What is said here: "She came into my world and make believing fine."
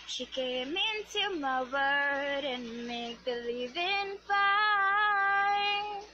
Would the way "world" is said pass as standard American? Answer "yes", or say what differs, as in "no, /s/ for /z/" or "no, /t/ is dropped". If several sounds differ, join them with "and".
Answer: no, /l/ is dropped